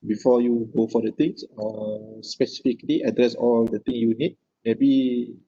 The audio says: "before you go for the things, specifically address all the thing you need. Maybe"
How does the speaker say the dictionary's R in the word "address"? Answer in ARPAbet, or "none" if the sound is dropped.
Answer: R